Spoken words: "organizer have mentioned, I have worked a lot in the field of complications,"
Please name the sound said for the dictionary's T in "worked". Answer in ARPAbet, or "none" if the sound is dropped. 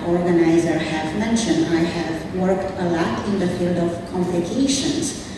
T